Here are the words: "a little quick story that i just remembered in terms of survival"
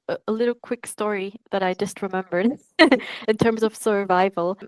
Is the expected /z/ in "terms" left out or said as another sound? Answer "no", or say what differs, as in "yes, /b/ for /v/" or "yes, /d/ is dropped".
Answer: no